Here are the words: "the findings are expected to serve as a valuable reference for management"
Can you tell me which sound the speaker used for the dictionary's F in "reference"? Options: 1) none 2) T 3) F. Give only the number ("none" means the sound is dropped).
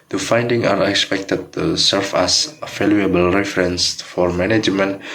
3